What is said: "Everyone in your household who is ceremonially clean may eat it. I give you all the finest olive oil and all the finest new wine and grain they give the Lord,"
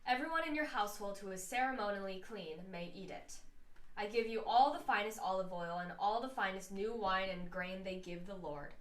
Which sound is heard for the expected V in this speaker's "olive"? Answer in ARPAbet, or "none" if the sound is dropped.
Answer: V